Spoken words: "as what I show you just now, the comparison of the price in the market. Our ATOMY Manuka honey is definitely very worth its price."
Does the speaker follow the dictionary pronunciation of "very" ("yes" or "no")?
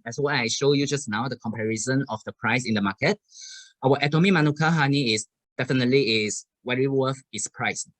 no